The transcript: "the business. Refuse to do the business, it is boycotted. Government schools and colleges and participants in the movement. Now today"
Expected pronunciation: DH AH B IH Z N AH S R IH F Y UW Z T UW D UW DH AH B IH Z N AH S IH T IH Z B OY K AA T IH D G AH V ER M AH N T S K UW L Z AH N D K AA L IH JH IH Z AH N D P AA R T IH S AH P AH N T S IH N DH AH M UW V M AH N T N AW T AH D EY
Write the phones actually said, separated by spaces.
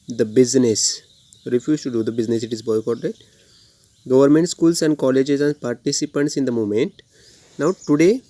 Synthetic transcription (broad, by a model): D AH B IH Z N AH S R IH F Y UW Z T UW D UW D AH B IH Z N AH S IH T IH Z B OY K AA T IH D G AH V ER M AH N T S K UW L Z AH N D K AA L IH JH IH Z AH N D P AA R T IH S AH P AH N T S IH N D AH M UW M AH N T N AW T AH D EY